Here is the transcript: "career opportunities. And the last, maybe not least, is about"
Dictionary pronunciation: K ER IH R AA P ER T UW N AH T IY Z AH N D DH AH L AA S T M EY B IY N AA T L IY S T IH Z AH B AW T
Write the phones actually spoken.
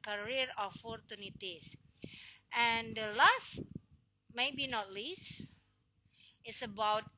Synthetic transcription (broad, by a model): K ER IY R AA F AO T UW N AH T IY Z AH N D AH L AA S T M EY B IY N AA T L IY S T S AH B AW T